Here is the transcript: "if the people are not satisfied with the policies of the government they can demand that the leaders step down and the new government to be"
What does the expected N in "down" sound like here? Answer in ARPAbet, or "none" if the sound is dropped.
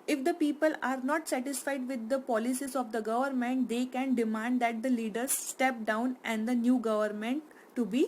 N